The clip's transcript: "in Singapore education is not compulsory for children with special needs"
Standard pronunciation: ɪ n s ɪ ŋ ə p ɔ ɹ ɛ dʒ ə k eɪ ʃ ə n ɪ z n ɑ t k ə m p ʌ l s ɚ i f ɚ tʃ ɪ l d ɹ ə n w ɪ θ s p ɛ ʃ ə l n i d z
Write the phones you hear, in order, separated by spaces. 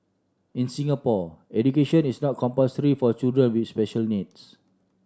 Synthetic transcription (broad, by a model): ɪ n s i ŋ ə p ɔ ɛ dʒ ə k eɪ ʃ ə n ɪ s n ɑ t k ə m p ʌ s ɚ i f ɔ tʃ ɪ l d ɹ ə n w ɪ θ s p ɛ ʃ ə l n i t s